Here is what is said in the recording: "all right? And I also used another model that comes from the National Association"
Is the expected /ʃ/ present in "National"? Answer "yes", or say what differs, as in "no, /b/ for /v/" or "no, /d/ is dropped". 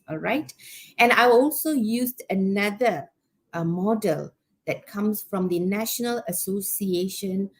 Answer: yes